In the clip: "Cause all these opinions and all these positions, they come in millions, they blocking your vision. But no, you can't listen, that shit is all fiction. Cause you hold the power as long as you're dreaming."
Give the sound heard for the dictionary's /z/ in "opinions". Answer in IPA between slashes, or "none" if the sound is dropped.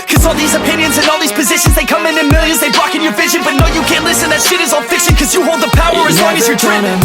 /z/